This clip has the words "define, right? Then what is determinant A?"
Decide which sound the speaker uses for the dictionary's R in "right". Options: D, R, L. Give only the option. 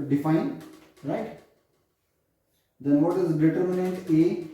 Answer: R